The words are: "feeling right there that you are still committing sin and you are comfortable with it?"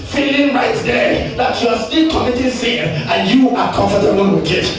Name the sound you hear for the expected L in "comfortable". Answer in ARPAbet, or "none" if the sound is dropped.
N